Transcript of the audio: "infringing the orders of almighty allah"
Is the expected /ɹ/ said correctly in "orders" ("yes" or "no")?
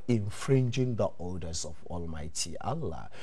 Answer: no